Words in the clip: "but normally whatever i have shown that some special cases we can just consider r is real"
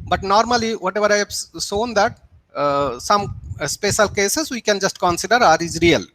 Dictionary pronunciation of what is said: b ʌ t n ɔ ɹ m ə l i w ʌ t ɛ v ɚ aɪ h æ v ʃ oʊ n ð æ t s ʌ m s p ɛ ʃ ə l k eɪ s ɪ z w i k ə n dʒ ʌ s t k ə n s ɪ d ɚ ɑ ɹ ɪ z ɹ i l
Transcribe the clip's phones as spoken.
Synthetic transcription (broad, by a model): b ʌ t n ɔ ɹ m ə l i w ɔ t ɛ v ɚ aɪ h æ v s oʊ n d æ t s ʌ m s p ɛ ʃ ə l k eɪ s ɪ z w i k ə n dʒ ʌ s t k ə n s ɪ d ɚ ɑ ɹ ɪ z ɹ i l